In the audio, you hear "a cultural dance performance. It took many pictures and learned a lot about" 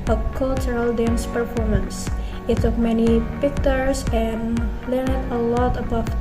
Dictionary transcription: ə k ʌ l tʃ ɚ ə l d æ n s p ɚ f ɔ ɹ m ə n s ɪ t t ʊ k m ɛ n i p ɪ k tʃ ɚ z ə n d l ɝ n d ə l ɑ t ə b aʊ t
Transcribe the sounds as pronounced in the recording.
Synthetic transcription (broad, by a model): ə k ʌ l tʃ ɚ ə l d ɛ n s p ɚ f ɔ ɹ m ə n s ɪ t s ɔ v m ɛ n i p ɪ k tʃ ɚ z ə n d l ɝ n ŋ ə l ɑ t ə b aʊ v